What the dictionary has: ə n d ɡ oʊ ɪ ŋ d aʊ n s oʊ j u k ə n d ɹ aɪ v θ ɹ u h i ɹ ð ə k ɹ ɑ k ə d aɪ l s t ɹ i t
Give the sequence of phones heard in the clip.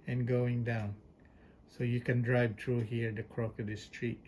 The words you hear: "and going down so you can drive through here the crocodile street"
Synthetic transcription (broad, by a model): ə n ɡ oʊ ɪ ŋ d aʊ n s oʊ j u k ə n d ɹ aɪ v t ɹ u h i ɹ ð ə k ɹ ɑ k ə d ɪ s t ɹ i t